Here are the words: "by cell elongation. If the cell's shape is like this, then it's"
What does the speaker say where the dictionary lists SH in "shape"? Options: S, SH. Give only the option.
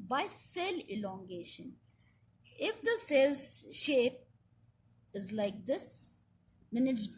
SH